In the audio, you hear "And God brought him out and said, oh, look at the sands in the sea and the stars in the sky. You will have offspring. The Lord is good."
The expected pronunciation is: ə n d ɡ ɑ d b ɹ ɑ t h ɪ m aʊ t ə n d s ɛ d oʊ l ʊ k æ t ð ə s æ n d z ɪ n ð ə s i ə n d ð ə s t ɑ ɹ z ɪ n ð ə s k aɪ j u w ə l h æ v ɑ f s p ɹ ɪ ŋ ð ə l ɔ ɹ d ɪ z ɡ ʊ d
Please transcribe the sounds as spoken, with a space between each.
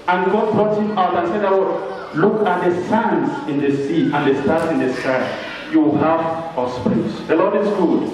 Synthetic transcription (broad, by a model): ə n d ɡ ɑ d b ɹ ɑ t h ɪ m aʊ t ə n s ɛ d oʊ l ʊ k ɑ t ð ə s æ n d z ɪ n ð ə s i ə n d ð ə s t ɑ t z ɪ n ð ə s k aɪ j u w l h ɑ f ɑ s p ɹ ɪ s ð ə l ɔ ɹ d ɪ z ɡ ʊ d